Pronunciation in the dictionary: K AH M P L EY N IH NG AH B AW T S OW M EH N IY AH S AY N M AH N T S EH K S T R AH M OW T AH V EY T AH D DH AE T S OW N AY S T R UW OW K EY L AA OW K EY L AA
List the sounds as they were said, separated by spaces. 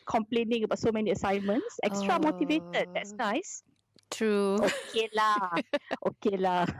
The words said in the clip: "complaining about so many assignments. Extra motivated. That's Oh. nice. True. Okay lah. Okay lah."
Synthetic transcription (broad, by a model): K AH M P L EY N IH NG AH B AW T S OW M EH N IY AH S AY N M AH N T S EH K S T R AH M OW T AH V EY T AH D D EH T S N AY S T R UW OW K EY L AA OW K EY L AA